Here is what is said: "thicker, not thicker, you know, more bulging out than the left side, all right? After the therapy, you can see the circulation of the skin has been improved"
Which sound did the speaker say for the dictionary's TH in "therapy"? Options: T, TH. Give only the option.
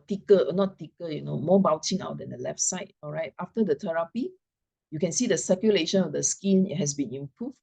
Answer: T